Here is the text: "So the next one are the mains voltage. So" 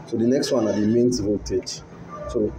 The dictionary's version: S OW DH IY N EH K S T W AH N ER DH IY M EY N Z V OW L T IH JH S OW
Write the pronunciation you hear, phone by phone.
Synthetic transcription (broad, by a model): S OW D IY N EH K S T W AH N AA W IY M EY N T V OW T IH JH S OW